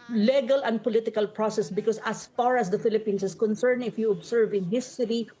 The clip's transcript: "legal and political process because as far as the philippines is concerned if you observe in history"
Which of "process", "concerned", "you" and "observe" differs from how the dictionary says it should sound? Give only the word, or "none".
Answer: observe